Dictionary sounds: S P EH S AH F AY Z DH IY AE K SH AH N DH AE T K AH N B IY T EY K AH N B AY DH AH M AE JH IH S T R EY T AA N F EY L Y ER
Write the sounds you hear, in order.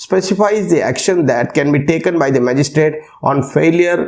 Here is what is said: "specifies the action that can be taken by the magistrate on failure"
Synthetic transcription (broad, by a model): S P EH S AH F AY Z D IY AE K SH AH N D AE T K AH N B IY T EY K AH N B AY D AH M AE JH IH S T R EY T AA N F EY L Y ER